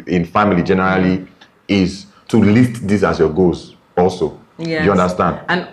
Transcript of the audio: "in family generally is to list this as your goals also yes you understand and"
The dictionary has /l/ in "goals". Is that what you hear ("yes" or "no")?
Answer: no